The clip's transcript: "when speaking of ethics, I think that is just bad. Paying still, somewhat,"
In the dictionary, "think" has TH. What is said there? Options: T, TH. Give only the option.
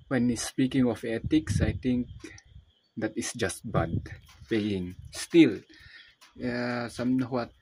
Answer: T